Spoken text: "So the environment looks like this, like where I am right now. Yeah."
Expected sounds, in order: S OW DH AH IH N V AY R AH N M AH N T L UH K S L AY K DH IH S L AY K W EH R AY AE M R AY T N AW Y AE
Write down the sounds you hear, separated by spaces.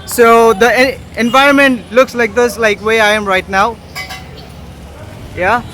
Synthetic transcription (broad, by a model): S OW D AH IH N V AY R AH N M AH N T L UH K S L AY K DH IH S L AY K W EH AY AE M R AY T N AW Y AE